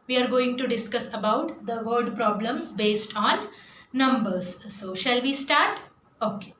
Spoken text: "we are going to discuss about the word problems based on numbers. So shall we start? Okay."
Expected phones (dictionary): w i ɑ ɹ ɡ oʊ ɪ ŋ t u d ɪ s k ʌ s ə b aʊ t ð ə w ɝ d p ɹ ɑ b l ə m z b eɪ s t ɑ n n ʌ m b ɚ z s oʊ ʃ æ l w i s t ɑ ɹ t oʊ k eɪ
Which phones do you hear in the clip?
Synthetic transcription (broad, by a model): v i ɑ ɹ ɡ oʊ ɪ ŋ t u d ɪ s k ʌ s ə b aʊ t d ə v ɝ d p ɹ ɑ b l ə m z b eɪ s t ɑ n n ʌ m b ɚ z s oʊ ʃ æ l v i s t ɑ ɹ t oʊ k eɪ